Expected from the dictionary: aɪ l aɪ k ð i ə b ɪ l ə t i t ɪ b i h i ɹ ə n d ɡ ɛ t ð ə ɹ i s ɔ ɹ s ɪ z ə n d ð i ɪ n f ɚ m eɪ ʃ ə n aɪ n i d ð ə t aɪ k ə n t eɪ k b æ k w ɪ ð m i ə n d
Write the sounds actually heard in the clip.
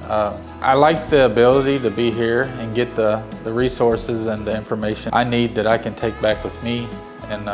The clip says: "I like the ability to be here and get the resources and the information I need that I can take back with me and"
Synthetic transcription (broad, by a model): aɪ l aɪ k ð i ə b ɪ l ə t i t ɪ b i h i ɹ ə n ɡ ɛ t ð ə ɹ i s ɔ ɹ s ɪ z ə n ð i ɪ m f ɚ m eɪ ʃ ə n aɪ n i d ð ə t aɪ k ə n t eɪ k b æ k w ɪ ð m i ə n